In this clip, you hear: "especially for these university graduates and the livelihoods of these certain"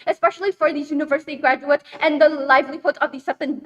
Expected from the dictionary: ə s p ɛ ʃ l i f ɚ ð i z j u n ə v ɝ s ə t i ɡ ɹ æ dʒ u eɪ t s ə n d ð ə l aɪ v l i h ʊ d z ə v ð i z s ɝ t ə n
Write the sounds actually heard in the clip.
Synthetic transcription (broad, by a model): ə s p ɛ ʃ l i f ɚ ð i j u n ə v ɝ s ə t i ɡ ɹ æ dʒ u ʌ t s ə n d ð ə l aɪ v l i h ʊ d ə v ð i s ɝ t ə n